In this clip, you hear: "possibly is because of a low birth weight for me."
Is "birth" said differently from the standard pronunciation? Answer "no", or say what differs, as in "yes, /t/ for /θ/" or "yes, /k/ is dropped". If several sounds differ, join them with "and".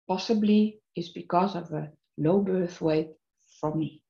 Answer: no